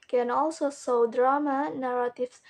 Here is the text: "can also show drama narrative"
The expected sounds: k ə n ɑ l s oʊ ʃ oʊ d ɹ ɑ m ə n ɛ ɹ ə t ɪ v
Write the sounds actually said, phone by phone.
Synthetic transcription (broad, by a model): k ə n ɑ l s oʊ s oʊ d ɹ ɑ m ə n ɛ ɹ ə t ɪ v